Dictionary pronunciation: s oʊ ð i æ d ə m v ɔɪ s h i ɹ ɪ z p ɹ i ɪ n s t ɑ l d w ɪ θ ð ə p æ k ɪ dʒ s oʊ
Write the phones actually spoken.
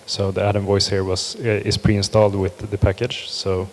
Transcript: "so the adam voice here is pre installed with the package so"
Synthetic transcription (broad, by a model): s oʊ ð i æ d ə m v ɔɪ s h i ɹ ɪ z p ɹ i ɪ n s t ɑ l d w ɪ ð ə p æ k ɪ dʒ s oʊ